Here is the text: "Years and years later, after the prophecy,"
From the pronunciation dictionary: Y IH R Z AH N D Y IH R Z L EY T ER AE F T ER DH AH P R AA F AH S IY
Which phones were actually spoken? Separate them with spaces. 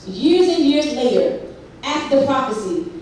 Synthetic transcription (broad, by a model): Y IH R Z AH N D Y IH R Z L EY T ER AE T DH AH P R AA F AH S IY